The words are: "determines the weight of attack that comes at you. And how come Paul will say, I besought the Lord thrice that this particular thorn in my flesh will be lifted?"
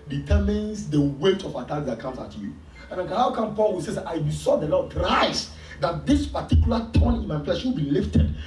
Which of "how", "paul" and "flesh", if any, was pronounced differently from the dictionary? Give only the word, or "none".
flesh